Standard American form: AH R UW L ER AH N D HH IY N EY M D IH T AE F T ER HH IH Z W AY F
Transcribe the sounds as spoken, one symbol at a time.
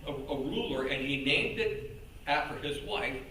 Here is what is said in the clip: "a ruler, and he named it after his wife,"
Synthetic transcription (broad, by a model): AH R UW L ER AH N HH IY N EY M D IH T AE F T ER IH Z W AY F